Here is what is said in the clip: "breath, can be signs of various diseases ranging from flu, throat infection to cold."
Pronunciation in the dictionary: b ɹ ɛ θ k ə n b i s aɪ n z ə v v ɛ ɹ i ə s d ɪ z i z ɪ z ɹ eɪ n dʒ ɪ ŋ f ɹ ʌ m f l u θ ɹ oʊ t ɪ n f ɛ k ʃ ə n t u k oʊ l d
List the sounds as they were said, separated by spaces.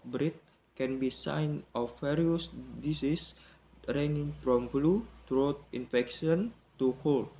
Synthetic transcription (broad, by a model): b ɹ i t k ə n b i s aɪ n ə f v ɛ ɹ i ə s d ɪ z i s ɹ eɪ n ɪ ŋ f ɹ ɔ m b l u t ɹ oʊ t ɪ n f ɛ k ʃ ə n t u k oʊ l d